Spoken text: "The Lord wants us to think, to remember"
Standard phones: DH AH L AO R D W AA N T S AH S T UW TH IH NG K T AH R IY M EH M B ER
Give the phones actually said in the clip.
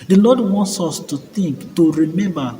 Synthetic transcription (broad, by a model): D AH L AO D W AA N T S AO S T UW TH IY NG K T AH R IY M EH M B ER